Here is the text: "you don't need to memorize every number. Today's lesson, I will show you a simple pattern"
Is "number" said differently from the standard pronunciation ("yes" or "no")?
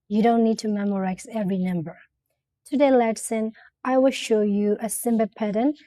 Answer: no